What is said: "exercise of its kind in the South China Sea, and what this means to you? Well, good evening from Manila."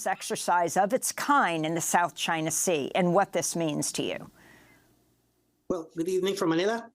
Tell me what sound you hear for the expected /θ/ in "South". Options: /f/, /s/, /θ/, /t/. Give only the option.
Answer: /θ/